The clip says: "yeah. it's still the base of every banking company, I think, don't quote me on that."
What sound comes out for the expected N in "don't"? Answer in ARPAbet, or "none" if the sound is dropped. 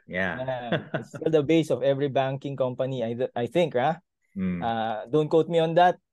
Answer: N